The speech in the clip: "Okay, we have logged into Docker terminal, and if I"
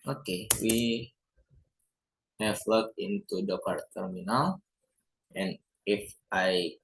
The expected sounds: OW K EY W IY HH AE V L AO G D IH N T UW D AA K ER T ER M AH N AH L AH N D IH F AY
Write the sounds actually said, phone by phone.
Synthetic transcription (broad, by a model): OW K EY W IY HH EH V L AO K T IH N T UW D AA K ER T ER M AH N AH L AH N IH F AY